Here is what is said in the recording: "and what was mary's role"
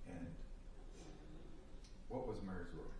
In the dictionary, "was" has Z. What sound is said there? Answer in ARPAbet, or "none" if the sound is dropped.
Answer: Z